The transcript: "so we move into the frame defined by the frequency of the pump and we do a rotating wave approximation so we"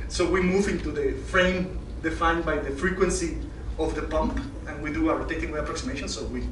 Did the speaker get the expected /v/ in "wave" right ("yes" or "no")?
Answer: no